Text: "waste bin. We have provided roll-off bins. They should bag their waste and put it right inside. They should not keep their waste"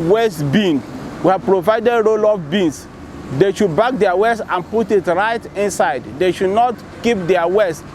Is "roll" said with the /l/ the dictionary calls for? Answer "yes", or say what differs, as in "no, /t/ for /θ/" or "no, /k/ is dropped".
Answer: yes